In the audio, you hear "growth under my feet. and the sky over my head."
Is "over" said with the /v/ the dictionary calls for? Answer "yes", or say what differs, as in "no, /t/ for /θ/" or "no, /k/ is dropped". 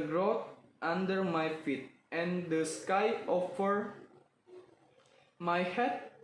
no, /f/ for /v/